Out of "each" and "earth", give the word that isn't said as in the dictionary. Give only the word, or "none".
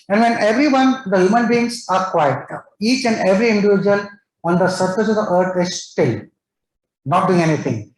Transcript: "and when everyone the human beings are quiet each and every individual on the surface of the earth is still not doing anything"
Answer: earth